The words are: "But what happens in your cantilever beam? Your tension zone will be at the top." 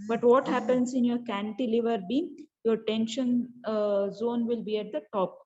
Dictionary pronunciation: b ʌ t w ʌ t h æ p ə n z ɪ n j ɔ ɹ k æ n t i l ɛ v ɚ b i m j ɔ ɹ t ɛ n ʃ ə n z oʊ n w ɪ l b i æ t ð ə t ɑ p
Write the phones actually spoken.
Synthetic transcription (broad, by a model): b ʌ t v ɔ t h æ p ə n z ɪ n j ɔ ɹ k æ n t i l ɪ v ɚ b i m j ɔ ɹ t ɛ n ʃ ə n z oʊ n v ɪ l b i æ t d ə t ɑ p